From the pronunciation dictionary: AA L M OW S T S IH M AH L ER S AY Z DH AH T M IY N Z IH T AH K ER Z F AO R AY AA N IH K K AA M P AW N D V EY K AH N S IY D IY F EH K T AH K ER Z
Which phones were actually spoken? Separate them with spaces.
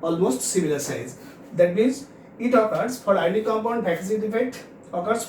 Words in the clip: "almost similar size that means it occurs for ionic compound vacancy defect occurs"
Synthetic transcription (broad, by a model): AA L M OW S T S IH M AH L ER S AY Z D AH T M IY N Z IH T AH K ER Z F AO R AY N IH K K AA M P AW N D B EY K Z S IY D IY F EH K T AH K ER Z